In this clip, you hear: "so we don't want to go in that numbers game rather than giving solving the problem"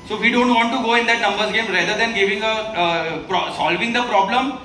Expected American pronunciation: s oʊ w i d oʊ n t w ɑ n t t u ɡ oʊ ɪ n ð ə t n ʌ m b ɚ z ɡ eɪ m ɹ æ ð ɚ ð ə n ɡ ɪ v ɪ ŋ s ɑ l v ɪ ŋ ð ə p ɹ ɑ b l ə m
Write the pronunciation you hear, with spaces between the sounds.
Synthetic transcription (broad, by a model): s oʊ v i d oʊ n t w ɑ n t t u ɡ oʊ ɪ n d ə t n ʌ m b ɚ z ɡ eɪ m ɹ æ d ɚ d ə n ɡ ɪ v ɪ ŋ s ɑ l v ɪ ŋ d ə p ɹ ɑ b l ə m